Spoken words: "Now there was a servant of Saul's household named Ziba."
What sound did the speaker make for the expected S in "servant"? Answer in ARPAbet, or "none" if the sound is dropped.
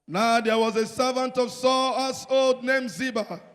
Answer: S